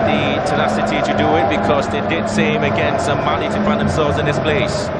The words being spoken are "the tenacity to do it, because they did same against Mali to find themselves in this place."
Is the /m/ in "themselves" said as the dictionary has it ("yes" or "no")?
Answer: yes